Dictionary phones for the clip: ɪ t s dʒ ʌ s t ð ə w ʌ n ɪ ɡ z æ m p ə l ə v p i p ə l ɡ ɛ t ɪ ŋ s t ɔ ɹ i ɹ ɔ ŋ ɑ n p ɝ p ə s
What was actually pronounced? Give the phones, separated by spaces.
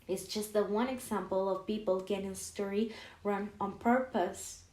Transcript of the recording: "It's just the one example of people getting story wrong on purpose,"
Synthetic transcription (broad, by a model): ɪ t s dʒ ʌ s t ð ə w ʌ n ɪ ɡ z æ m p ə l ə v p i p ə l ɡ ɛ t ɪ ŋ s t ɔ ɹ i ɹ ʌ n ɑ n p ɝ p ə s